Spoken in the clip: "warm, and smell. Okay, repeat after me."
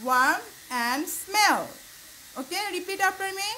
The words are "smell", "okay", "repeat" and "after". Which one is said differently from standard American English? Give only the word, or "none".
after